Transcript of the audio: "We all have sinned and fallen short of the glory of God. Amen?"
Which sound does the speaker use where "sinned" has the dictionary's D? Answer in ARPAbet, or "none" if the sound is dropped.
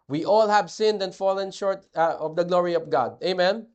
D